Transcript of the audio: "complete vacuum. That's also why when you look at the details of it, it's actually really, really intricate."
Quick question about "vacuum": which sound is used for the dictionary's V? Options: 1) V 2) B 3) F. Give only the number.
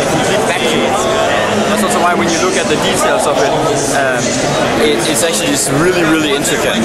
3